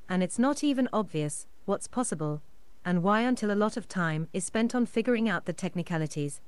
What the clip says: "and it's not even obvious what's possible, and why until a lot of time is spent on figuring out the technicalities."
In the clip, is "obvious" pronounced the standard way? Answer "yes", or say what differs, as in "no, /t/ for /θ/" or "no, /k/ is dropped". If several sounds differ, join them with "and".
yes